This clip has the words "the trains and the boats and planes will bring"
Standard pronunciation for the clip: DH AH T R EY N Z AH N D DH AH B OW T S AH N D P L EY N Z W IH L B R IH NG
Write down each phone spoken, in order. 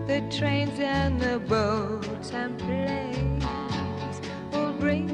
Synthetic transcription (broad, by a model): DH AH T R EY N Z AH N DH AH B OW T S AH N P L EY Z W IH L R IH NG